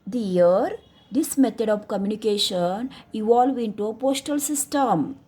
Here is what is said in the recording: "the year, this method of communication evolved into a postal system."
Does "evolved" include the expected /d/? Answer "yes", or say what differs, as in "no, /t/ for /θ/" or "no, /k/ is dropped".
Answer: no, /d/ is dropped